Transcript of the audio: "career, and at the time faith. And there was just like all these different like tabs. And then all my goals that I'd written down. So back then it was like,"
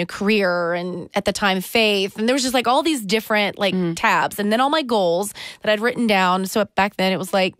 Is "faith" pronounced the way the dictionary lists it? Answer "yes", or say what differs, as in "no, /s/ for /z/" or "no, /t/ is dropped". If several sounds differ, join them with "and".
yes